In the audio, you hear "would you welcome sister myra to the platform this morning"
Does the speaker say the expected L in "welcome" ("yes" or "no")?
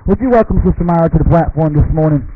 yes